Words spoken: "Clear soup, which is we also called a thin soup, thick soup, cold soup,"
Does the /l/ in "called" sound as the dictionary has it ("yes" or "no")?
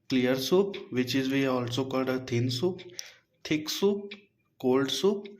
no